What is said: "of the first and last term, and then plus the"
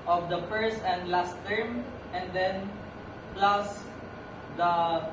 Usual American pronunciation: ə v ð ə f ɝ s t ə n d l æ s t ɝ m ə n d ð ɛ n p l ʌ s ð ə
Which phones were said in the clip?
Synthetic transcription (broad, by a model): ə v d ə f ɝ s t ə n d l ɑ s t ɝ m ə n d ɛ n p l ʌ s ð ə